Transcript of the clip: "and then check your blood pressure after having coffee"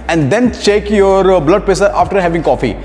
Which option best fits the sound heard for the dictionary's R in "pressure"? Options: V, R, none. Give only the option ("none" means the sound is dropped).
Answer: none